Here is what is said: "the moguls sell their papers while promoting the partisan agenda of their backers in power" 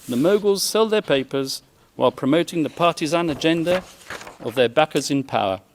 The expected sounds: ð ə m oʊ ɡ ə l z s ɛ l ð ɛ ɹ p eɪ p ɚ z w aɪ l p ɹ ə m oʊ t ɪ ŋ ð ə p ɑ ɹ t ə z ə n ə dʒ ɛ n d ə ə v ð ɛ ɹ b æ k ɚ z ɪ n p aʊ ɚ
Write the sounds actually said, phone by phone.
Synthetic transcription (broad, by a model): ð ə m oʊ ɡ ə l z s ɛ l ð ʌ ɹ p eɪ p ɚ z w aɪ l p ɹ ə m oʊ t ɪ ŋ ð ə p ɑ ɹ t ə z ə n ə dʒ ɛ n d ə ə v ð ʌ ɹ b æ k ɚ z ɪ n p aʊ ɚ